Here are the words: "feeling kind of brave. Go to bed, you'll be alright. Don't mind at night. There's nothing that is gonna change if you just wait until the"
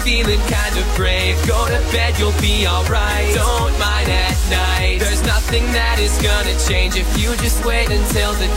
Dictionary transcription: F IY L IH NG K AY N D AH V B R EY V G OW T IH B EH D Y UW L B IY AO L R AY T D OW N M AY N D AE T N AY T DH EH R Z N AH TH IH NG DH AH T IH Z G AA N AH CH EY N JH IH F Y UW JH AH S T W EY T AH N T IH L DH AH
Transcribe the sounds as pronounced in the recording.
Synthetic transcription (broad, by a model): F IY L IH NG K AY N D AH V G R EY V G OW T IH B EH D Y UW L B IY AO L R AY T D OW N M AY N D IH T N AY T DH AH R Z N AH TH IH NG DH AH T IH Z G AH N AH CH EY N JH IH F Y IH JH AH S T W EY T AH N T IH L DH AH